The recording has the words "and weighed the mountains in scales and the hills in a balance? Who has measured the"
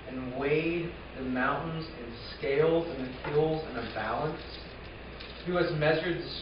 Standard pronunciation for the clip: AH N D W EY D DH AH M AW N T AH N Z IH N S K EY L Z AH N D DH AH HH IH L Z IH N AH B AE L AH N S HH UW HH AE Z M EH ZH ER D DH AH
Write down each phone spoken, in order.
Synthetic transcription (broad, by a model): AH N W EY D DH AH M AW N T N Z IH N S K EY L Z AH N DH AH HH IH L Z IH N AH B AE L AH N S HH UW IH Z M EH ZH ER D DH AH